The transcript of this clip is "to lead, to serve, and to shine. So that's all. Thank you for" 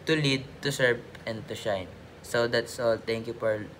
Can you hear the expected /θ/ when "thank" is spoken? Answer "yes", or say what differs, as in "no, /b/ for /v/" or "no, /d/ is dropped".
no, /t/ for /θ/